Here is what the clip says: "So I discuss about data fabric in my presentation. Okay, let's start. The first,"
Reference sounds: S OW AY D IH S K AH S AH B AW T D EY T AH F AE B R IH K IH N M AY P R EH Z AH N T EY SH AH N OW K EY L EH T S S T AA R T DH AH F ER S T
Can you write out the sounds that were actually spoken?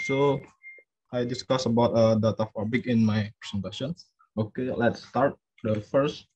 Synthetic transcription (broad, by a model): S OW AY D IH S K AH S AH B AW T D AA T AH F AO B IH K IH N M AY P R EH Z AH N T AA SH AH N OW K EY L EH T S S T AA R T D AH F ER S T